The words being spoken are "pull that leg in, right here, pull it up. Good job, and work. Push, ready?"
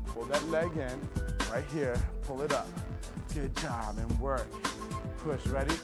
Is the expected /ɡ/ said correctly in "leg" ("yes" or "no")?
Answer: yes